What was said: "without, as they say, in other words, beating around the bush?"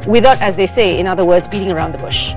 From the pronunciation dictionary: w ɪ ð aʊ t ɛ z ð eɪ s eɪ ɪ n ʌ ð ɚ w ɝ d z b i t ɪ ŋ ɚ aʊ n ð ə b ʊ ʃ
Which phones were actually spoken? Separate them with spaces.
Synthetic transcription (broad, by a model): w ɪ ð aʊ t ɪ z ð eɪ s eɪ ɪ n ʌ ð ɚ w ɝ d z b i t ɪ ŋ ɚ aʊ n ð ə b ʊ ʃ